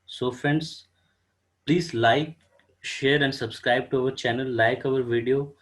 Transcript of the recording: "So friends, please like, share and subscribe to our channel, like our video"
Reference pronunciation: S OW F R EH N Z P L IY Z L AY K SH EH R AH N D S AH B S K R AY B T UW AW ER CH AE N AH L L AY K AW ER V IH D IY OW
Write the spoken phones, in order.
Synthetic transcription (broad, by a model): S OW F EH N S P L IY Z L AY K SH EH R AH N D S AH B S K R AY B T UW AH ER CH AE N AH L L AY K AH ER V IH D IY OW